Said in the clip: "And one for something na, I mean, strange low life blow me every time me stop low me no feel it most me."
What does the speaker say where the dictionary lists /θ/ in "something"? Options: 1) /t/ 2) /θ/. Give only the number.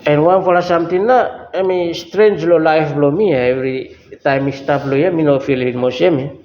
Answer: 1